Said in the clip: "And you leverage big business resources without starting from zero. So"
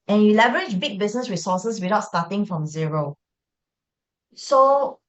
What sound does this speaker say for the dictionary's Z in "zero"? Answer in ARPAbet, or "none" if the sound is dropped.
Z